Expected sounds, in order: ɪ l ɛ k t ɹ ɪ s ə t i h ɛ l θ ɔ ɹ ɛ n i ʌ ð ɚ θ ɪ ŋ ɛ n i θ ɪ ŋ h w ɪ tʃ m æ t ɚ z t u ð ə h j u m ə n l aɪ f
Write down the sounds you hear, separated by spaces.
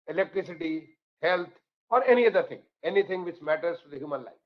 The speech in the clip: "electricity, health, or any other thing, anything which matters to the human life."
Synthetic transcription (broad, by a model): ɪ l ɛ k t ɹ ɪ s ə t i h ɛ l t ɔ ɹ ɛ n i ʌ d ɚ t ɪ ŋ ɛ n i t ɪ ŋ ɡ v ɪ tʃ m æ t ɚ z t u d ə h j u m ə n l aɪ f